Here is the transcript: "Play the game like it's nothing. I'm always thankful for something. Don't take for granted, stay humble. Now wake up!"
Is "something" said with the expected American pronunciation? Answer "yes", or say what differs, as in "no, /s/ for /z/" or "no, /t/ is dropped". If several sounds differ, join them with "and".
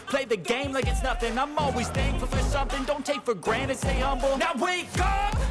yes